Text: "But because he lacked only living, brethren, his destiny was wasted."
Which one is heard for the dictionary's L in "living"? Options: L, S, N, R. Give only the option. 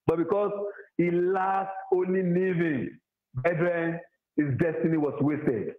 N